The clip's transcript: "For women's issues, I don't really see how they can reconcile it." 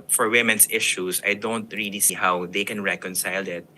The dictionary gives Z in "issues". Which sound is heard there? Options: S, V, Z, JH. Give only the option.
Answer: S